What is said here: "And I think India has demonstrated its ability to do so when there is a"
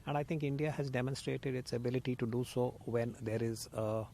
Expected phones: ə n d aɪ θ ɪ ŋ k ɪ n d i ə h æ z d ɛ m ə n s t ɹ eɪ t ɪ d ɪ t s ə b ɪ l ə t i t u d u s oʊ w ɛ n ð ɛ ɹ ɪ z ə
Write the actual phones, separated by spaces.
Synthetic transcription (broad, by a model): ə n d aɪ t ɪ ŋ k ɪ n d i ə h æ z d ɛ m ə n s t ɹ eɪ t ɪ d ɪ t s ə b ɪ l ə t i t u d u s oʊ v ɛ n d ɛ ɹ ɪ z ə